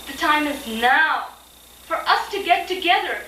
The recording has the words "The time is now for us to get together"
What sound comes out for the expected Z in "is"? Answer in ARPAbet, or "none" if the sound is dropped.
Z